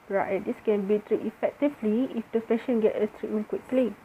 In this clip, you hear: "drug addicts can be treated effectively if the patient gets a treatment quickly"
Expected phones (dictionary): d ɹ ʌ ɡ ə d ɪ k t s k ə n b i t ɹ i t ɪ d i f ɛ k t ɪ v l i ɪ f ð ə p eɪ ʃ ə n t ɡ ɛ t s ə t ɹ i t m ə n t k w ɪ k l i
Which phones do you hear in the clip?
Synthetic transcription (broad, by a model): ɹ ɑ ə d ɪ s k ə n b i t ɹ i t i f ɛ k t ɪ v l i ɪ f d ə f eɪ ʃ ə n ɡ ɛ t ə t ɹ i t m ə n k w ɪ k l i